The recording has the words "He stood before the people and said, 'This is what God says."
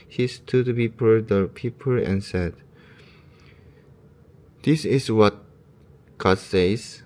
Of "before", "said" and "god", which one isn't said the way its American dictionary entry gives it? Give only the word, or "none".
before